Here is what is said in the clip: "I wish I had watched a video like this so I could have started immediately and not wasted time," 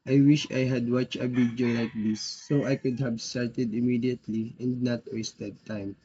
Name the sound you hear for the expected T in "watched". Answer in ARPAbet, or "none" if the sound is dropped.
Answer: none